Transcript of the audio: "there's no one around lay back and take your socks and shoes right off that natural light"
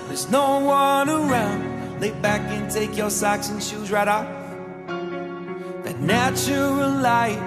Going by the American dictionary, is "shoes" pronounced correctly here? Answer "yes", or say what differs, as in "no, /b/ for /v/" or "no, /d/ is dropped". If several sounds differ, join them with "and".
yes